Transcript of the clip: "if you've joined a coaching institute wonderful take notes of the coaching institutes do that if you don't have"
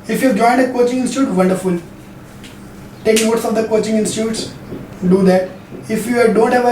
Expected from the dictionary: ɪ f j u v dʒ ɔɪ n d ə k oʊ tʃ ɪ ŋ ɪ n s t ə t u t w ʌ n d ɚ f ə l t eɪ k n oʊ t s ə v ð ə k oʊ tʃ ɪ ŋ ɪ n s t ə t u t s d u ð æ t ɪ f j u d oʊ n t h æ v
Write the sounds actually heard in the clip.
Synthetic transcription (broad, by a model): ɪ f j u v dʒ ɔɪ n d ə k oʊ tʃ ɪ ŋ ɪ n s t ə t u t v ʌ n d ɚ f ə l t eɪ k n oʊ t s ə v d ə k oʊ tʃ ɪ ŋ ɪ n s t ə t u t s d u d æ t ɪ f j u d oʊ n t h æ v